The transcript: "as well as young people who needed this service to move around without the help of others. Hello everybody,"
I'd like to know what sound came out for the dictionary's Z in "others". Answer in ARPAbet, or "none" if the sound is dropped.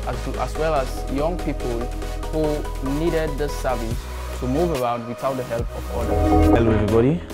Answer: none